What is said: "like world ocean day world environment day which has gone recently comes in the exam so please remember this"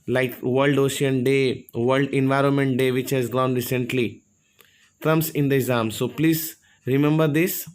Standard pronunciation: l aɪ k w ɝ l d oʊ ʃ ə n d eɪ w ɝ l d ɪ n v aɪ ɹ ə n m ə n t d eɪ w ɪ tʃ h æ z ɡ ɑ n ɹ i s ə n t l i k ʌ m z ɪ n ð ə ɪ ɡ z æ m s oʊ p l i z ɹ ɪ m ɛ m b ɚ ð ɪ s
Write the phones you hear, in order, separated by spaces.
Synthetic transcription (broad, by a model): l aɪ k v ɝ l d oʊ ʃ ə n d eɪ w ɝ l d ɪ n v aɪ ɹ ə n m ə n t d eɪ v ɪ tʃ h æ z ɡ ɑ n ɹ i s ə n t l i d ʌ m s ɪ n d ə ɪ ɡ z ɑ m s oʊ p l i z ɹ ɪ m ɛ m b ɚ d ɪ s